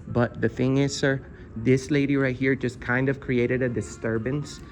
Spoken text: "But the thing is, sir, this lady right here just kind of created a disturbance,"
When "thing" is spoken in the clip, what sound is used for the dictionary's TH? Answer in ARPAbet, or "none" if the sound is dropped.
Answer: TH